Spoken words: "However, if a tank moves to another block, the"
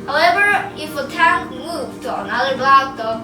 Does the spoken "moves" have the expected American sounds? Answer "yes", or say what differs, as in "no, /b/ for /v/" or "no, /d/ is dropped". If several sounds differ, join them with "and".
no, /z/ is dropped